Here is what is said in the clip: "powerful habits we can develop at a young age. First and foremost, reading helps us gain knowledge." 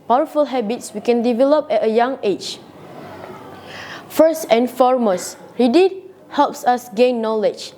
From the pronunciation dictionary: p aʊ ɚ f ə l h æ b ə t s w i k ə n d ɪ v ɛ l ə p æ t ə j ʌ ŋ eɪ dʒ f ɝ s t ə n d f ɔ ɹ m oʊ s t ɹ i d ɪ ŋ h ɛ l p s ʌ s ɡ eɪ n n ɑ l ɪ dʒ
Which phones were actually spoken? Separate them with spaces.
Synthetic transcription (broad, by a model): p aʊ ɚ f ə l h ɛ b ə t s w i k ə n d ɪ v ɛ l ə p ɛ t ə j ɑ ŋ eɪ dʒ f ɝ s t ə n f ɔ ɹ m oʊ s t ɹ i d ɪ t h ɛ l p s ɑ s ɡ eɪ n n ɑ l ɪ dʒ